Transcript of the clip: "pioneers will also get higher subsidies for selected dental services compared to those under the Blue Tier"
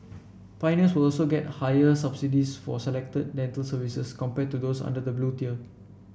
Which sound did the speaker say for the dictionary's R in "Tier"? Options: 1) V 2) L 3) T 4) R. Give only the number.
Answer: 2